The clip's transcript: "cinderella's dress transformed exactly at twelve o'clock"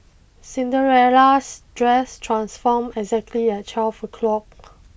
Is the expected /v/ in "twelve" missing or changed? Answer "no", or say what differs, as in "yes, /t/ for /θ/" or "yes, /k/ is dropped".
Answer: yes, /f/ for /v/